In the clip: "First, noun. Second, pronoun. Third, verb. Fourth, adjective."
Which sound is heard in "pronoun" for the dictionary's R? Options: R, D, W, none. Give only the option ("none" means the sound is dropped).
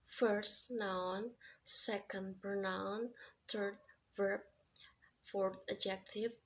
none